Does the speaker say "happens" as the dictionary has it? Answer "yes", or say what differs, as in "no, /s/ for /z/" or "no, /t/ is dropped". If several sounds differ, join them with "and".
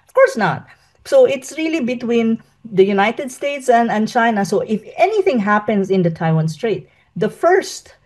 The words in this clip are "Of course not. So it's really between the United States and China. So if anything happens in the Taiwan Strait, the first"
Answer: no, /s/ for /z/